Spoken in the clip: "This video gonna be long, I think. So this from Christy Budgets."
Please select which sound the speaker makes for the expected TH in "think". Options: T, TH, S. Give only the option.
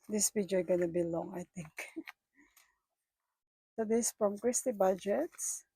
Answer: T